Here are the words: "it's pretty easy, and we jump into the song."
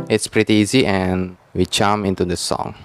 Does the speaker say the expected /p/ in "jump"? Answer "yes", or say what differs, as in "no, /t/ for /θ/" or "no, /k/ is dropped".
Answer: no, /p/ is dropped